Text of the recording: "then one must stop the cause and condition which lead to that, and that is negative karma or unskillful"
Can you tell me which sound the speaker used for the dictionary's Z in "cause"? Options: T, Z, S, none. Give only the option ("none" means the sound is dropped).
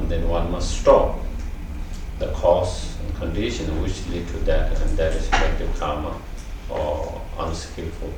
S